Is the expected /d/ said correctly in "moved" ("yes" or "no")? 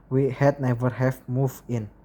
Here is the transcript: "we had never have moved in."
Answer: no